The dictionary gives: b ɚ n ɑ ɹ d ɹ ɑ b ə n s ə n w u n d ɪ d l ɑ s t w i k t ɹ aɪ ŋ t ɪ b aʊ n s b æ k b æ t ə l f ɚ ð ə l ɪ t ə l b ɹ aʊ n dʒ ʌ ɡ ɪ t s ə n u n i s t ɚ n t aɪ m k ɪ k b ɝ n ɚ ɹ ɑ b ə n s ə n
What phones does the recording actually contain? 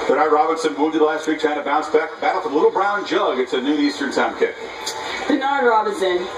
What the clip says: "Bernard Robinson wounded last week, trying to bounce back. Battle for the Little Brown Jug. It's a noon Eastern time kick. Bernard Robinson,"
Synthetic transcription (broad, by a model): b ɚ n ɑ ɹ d ɹ ɑ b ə n s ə n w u l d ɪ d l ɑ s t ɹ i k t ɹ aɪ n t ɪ b aʊ n s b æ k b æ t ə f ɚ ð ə l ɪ t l b ɹ aʊ n dʒ ʌ ɡ ɪ t s ə n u i s t ɚ n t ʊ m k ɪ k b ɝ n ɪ ɹ ɑ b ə n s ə n